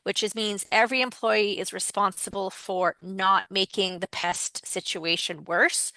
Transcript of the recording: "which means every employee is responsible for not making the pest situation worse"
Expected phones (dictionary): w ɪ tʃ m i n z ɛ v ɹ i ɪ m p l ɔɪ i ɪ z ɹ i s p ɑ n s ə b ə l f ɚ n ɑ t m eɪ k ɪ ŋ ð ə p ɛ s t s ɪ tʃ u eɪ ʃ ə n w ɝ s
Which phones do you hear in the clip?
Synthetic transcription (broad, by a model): w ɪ tʃ m i n z ɛ v ɹ i ɪ m p l ɔɪ i ɪ z ɹ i s p ɑ n s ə b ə l f ɚ n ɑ t m eɪ k ɪ ŋ ð ə p ɛ s t s ɪ tʃ u eɪ ʃ ə n w ɝ s